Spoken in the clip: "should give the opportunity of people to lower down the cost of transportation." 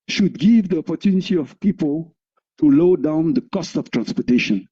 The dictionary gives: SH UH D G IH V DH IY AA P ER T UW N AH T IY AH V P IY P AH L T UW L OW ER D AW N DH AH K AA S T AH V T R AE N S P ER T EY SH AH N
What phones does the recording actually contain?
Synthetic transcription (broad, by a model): SH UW D G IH V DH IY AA P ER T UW N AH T IY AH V P IY P AH L T UW L OW D AW N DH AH K AA S T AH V T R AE N S P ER T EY SH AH N